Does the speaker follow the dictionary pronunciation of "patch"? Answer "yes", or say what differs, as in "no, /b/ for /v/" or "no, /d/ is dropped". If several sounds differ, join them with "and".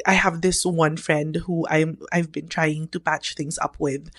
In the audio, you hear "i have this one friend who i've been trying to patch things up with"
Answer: yes